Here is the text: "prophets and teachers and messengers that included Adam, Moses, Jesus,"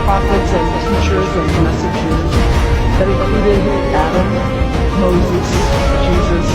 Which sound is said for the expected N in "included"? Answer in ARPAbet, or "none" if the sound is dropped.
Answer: none